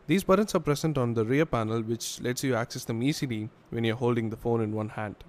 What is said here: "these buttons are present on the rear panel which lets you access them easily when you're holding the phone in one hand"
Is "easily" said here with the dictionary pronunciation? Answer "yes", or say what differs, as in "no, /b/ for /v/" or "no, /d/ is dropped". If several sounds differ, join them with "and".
no, /s/ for /z/